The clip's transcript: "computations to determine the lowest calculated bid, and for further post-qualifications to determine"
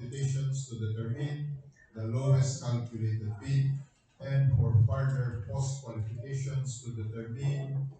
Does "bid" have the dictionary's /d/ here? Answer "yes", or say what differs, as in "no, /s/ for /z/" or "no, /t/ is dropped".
no, /d/ is dropped